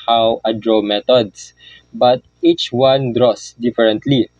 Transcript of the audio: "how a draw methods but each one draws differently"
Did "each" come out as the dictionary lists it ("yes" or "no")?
yes